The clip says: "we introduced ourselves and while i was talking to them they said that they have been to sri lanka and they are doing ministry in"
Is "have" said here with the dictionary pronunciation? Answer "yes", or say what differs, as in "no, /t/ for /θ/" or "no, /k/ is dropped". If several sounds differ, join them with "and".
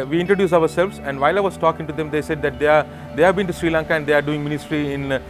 yes